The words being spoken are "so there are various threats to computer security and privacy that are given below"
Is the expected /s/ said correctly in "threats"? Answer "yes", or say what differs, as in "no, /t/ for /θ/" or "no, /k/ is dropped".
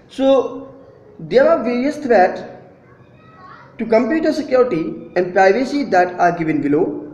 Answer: no, /s/ is dropped